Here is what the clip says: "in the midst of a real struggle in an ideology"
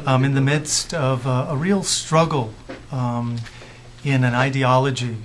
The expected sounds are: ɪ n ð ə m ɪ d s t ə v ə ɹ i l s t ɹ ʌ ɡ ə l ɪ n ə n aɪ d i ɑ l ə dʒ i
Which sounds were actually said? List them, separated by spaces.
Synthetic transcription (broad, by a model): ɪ n ð ə m ɪ d s t ə v ə ɹ i l s t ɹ ʌ ɡ l ɪ n ə n aɪ d i ɑ l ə dʒ i